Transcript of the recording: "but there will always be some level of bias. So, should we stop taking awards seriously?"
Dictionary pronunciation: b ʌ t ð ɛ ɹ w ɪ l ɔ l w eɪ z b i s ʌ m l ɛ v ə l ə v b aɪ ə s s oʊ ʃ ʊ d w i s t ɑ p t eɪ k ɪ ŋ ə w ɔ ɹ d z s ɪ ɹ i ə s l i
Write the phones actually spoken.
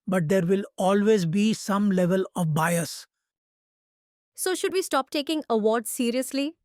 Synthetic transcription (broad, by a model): b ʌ t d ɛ ɹ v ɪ l ɔ l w eɪ z b i s ʌ m l ɛ v ə l ə v b aɪ ə s s oʊ ʃ ʊ d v i s t ɑ p t eɪ k ɪ ŋ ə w ɔ ɹ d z s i ɹ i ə s l i